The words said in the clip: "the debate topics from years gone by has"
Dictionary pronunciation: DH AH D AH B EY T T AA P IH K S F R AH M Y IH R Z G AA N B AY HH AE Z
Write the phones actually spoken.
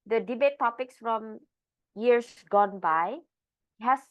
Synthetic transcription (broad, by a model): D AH D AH B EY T T AA P IH K S F R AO M Y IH R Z G AA N B AY HH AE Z